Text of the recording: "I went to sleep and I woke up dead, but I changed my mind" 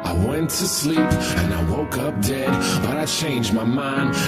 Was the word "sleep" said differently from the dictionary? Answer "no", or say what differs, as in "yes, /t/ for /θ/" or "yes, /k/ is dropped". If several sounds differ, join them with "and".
no